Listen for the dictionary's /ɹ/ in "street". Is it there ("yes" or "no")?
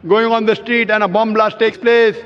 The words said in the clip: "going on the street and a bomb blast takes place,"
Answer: yes